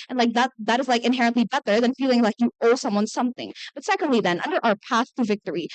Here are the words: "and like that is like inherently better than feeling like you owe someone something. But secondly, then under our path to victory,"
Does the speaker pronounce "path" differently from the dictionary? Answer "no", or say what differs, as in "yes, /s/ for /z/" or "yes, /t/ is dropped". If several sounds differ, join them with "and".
no